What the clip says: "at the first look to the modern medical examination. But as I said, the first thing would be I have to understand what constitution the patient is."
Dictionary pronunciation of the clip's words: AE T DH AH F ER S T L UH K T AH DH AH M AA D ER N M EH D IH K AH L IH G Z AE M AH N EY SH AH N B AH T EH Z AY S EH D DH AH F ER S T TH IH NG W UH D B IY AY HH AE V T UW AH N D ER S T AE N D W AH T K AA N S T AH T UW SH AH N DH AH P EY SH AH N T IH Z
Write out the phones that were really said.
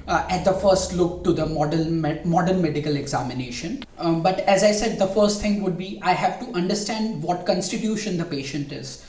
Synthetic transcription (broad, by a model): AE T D AH F ER S T L UH K T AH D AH M AA D ER N M EH D IH K AH L IH G Z AE M AH N EY SH AH N B AH T EH Z AY S EH D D AH F ER S T T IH NG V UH D B IY AY HH AE V T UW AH N D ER S T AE N D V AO T K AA N S T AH T UW SH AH N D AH P EY SH AH N T IH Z